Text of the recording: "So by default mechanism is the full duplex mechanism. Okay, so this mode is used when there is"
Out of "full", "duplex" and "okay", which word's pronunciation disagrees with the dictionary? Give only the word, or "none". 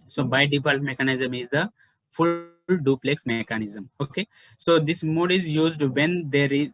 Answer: none